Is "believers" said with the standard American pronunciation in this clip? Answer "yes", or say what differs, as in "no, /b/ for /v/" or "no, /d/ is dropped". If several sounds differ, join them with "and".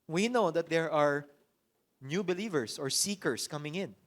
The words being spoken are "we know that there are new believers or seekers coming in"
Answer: no, /s/ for /z/